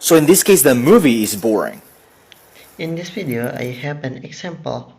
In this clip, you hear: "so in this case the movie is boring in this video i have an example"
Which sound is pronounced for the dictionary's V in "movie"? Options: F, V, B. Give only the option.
V